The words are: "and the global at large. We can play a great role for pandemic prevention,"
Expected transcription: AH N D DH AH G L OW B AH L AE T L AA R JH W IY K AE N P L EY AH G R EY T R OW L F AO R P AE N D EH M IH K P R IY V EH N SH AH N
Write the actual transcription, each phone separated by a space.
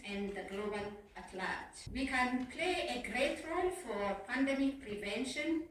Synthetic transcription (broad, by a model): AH N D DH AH G L OW B AH L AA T L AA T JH W IY K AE N P L EY AH G R EY T R OW L F AO R P AE N D EH M IH K P R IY V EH N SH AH N